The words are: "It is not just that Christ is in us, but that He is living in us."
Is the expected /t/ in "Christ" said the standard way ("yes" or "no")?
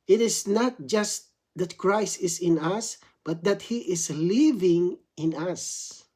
yes